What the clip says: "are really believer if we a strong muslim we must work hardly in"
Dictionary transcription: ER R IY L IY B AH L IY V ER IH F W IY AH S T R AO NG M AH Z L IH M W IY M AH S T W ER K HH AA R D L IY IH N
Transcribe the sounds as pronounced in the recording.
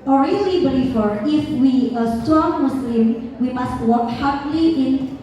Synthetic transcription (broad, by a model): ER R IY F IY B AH L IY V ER IH F W IY AH S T AO M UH S L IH M W IY M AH S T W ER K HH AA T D L IY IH N